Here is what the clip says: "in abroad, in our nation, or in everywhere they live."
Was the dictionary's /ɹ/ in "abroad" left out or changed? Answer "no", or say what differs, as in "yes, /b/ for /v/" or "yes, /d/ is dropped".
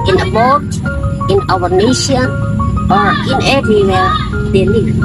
yes, /ɹ/ is dropped